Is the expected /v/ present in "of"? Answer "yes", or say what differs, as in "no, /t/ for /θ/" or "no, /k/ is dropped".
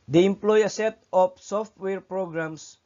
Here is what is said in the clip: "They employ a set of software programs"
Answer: no, /p/ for /v/